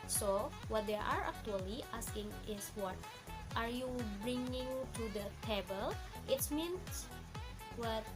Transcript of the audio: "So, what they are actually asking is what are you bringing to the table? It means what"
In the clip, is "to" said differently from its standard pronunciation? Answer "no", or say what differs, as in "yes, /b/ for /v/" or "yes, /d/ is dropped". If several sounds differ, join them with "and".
no